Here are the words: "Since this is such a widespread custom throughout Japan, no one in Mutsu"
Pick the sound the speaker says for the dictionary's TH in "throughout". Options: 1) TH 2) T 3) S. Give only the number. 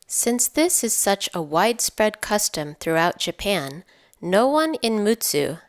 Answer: 1